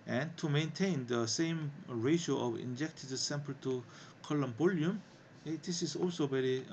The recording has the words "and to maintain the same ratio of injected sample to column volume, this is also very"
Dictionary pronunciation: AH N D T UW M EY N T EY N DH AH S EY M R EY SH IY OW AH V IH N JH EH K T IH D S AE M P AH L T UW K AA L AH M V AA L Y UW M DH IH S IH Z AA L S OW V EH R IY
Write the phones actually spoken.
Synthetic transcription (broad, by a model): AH N T UW M EY N T EY N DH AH S EY M R EY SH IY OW AH V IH N JH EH K T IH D S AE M P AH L T UW K AA L AH M B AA L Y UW M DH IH S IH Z AA L S OW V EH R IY